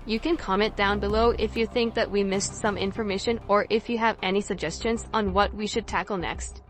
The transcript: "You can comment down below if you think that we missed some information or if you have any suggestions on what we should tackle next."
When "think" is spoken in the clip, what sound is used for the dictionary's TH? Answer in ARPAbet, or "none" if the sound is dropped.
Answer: TH